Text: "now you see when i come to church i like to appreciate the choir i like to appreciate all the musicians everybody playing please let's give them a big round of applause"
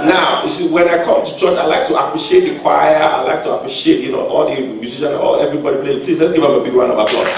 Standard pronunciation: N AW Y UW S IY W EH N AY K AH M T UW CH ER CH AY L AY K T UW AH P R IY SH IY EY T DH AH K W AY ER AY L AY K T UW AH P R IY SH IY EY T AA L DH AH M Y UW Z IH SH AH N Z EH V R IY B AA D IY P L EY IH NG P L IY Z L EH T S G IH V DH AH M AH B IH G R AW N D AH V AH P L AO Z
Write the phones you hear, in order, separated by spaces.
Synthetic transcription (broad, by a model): N AW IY S IY W EH N AY K AH M T UW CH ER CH AY L AY K T UW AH P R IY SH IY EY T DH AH K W AY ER AY L AY K T UW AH P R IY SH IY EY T AA L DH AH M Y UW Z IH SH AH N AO EH V R IY B AA D IY P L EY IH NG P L IY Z L EH T S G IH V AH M AH B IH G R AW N AH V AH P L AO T